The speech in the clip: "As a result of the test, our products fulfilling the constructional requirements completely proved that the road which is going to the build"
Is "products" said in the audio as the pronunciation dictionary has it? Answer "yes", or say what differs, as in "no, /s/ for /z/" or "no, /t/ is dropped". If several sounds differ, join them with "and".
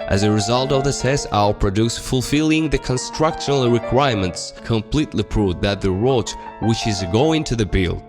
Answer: no, /k/ is dropped